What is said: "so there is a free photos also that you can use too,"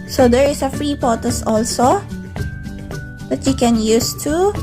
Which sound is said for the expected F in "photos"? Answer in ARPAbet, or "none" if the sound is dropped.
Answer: P